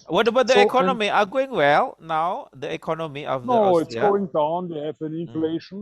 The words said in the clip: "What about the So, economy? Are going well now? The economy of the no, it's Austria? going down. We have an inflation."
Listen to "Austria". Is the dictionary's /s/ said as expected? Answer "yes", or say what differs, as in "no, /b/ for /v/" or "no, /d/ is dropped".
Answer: no, /s/ is dropped